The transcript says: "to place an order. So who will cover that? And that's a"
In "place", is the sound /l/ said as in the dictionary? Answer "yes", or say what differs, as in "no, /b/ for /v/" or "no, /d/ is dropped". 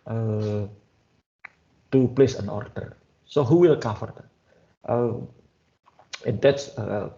yes